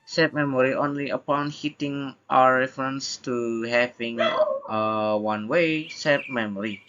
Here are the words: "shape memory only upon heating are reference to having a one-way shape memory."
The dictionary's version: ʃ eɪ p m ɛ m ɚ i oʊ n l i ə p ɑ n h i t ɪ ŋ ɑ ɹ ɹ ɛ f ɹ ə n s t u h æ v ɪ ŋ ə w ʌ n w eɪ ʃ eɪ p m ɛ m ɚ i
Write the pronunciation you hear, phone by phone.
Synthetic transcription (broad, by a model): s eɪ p m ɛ m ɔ i oʊ n l i ə p ɑ n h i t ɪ ŋ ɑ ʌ ɹ ɛ f ɹ ə n s t u h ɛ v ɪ ŋ ə w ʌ n w eɪ s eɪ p m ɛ m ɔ i